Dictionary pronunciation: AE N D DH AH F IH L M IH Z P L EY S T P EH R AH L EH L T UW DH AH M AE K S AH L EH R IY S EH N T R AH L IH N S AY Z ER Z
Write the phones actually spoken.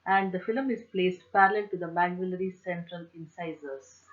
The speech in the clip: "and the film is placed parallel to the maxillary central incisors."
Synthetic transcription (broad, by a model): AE N D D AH F IH L M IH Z P L EY S T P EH R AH L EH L T UW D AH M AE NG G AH L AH R IY S EH N T R AH L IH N S AY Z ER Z